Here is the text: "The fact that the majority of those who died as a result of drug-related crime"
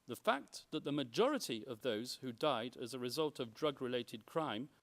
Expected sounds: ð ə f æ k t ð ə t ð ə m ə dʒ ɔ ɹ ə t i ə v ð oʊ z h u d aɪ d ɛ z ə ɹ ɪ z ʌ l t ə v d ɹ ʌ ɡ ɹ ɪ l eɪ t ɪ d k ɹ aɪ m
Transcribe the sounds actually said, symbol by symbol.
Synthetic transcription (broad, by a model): ð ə f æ k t ð ə t ð ə m ə dʒ ɔ ɹ ə t i ə v ð oʊ z h u d aɪ d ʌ z ə ɹ ɪ z ʌ l t ə v d ɹ ʌ ɡ ɹ ɪ l eɪ t ɪ d k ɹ aɪ m